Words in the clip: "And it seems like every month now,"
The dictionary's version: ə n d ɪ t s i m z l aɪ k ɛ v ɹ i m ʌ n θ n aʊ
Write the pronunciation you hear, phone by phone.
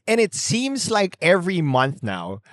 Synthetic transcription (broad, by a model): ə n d ɪ t s i m z l aɪ k ɛ v ɹ i m ʌ n θ n aʊ